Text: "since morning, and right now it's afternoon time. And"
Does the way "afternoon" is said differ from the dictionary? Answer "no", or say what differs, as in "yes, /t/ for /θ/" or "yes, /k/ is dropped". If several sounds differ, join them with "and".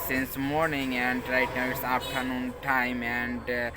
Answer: yes, /p/ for /f/